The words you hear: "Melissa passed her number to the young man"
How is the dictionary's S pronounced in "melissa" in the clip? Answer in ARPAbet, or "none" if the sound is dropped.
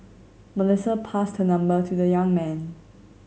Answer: S